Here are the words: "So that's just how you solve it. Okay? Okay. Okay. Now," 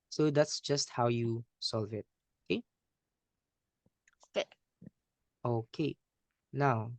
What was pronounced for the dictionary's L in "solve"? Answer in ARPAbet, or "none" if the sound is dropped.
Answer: L